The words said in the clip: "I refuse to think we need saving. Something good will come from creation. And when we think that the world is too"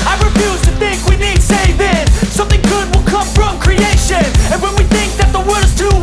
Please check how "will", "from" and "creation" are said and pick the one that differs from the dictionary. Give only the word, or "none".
none